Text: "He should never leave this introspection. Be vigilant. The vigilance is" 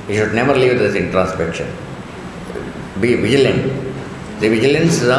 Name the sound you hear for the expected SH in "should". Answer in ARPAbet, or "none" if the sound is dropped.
SH